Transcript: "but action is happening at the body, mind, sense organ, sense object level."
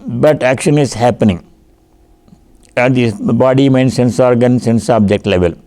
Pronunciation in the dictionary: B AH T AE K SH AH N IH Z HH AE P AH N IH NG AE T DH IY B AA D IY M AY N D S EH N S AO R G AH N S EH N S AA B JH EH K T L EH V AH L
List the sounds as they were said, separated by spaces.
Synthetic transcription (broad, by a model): B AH T AE K SH AH N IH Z HH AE P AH N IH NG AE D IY B AA D IY M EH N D S EH N S AO R G AH N S EH N S AA B JH EH K T L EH V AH L